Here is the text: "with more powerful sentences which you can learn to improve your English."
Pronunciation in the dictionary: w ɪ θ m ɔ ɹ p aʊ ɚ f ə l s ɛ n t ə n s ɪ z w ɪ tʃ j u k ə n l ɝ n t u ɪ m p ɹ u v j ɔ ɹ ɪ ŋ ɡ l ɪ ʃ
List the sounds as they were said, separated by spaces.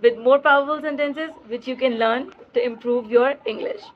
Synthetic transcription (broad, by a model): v ɪ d m ɔ ɹ p aʊ ɚ f ə l s ɛ n t ə n s ɪ z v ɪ tʃ j u k ə n l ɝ n t u ɪ m p ɹ u v j ɔ ɹ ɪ ŋ ɡ l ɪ ʃ